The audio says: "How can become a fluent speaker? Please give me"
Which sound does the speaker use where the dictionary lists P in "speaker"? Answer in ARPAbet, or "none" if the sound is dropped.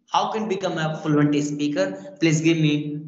P